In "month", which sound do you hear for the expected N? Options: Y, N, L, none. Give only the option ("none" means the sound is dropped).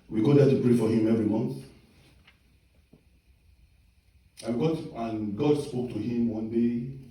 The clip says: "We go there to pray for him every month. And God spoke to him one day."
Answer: N